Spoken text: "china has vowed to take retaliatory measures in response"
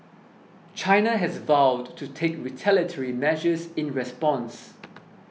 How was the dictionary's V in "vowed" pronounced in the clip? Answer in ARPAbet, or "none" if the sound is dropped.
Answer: V